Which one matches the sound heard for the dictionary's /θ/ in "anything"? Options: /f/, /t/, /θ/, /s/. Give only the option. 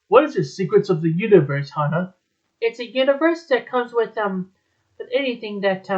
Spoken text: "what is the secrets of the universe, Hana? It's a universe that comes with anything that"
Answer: /θ/